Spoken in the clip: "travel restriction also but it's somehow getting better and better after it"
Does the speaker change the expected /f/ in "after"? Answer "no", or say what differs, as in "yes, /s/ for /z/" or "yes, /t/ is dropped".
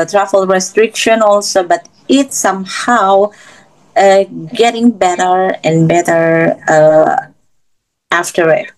no